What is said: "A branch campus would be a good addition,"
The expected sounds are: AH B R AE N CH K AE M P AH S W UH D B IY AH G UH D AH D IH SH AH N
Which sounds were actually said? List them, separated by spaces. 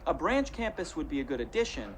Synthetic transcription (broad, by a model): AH B R AE N CH K AE M P AH S W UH D B IY AH G UH D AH D IH SH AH N